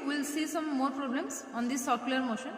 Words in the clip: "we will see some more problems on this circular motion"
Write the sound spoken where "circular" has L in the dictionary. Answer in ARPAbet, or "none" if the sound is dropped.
none